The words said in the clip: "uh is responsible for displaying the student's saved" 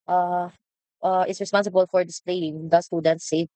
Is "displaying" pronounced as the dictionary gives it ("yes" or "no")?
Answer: yes